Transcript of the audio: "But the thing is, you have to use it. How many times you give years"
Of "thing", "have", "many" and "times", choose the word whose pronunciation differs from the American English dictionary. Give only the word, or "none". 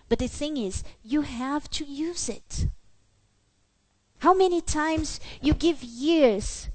none